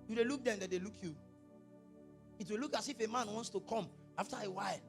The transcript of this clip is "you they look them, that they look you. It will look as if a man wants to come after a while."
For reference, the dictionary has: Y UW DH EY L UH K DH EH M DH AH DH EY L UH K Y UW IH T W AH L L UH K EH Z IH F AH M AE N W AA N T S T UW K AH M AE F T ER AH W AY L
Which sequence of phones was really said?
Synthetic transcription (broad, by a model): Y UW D EY L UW K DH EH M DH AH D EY L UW K Y UW IH T W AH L L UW K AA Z IH F AH M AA N W AA N T S T UW K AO M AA F T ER AH W AY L